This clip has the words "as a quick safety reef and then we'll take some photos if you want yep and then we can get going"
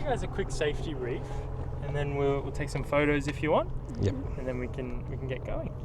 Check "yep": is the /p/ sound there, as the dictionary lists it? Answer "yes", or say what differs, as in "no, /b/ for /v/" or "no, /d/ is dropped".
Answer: no, /p/ is dropped